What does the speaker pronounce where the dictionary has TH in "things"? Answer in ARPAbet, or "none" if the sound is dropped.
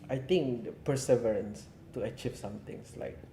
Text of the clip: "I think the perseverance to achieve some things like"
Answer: T